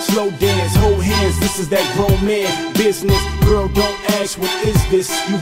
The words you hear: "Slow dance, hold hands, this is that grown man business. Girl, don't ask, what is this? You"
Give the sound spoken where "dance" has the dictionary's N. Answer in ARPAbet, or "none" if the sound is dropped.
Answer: none